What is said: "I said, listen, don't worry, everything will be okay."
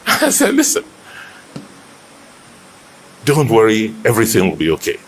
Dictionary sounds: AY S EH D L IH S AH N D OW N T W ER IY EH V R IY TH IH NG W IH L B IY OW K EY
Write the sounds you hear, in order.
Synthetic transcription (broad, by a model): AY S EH L IH S AH N D OW N T W ER IY EH V R IY TH IH NG W IH L B IY OW K EY